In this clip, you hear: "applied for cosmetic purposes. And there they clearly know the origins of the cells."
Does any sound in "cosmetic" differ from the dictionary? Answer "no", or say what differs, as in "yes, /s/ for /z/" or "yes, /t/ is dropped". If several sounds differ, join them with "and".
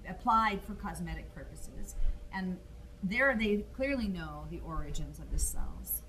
no